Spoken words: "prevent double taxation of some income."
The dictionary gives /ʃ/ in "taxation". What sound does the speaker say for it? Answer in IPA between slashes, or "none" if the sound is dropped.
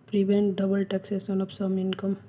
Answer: /s/